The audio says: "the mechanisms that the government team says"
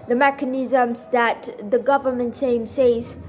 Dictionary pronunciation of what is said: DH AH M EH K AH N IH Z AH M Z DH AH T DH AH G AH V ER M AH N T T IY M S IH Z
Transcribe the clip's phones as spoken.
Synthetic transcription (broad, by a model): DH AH M EH K AH N IH Z AH M Z DH AH T DH AH G AH V ER M AH N T S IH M S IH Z